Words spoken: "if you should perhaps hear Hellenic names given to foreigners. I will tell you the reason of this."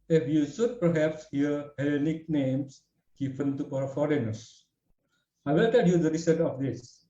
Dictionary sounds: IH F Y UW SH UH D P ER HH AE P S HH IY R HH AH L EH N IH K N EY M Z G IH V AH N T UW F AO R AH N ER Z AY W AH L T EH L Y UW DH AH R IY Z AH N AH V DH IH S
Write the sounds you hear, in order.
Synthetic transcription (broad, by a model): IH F Y UW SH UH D P ER HH AE P S HH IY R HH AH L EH N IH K N EY M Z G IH P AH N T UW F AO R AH N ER S AY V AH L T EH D Y UW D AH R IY S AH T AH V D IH S